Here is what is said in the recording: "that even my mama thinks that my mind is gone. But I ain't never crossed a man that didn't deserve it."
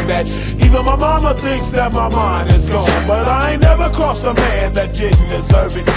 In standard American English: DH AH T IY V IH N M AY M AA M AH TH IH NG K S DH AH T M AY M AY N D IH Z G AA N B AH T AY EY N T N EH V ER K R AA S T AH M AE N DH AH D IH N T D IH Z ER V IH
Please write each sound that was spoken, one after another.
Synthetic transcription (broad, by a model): DH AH T IY V IH N M AY M AA M AH TH IH NG K S DH AH T M AY M AY N D IH Z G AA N B AH T AY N N EH V ER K AA S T AH M AE N DH AH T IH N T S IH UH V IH